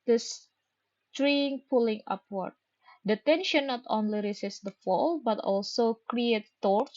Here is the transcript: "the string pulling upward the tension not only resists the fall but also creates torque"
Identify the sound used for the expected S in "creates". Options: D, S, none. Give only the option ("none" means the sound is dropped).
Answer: none